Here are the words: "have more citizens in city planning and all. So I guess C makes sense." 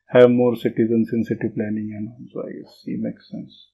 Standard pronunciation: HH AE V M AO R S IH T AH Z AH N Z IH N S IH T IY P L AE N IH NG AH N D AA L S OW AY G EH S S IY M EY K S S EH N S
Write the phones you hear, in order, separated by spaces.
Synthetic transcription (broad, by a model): HH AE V M AO R S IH T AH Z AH N S IH N S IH T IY P L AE N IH NG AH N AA N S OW AY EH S S IY M EY K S S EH N S